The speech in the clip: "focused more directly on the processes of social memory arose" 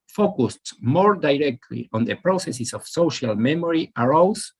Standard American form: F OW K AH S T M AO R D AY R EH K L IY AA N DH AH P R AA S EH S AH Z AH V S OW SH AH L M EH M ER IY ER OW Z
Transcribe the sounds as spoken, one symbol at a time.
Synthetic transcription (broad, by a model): F OW K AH S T M AO R D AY R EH K L IY AA N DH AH P R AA S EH S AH S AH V S OW SH AH L M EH M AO IY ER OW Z